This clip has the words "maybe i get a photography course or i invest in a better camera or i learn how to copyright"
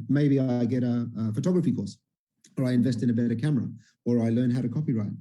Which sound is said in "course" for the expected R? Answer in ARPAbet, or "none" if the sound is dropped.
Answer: L